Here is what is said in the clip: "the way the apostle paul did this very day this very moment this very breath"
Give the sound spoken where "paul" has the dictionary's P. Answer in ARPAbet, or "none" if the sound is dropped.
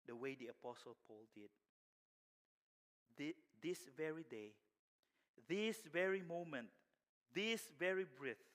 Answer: P